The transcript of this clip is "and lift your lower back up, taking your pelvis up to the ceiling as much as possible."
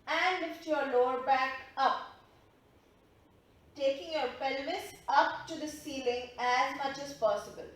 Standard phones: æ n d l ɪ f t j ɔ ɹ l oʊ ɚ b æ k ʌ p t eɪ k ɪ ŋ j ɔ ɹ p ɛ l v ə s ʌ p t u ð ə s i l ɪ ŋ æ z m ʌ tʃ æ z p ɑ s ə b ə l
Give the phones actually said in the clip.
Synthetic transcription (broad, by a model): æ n d l ɪ f t j ɔ ɹ l oʊ ɚ b æ k ʌ p t eɪ k ɪ ŋ j ɔ ɹ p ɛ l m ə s ʌ p t u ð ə s i l ɪ ŋ æ z m ʌ tʃ æ z p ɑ s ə b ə l